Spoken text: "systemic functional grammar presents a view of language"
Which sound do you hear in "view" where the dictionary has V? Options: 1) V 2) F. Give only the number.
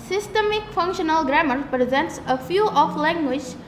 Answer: 2